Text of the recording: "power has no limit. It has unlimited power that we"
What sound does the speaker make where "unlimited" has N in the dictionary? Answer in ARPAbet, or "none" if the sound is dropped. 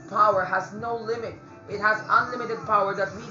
N